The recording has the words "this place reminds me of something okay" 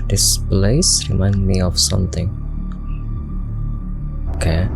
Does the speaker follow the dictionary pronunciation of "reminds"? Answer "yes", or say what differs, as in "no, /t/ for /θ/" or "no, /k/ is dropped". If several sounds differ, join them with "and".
no, /z/ is dropped